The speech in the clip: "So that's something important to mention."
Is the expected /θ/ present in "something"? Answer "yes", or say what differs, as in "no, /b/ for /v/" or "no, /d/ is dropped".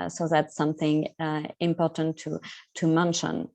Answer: yes